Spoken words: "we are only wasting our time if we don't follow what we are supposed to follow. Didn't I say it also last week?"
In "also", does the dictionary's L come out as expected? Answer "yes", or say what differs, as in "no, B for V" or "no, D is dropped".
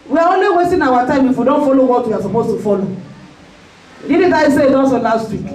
no, N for L